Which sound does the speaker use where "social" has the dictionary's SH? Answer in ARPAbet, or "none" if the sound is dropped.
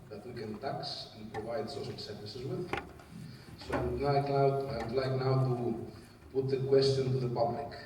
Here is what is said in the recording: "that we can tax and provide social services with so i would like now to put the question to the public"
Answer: S